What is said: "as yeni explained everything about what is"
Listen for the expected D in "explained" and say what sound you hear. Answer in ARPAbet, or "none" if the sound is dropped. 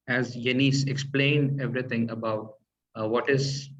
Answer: D